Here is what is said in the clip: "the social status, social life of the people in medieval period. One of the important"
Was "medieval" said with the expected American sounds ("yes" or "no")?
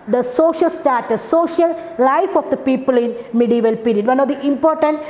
yes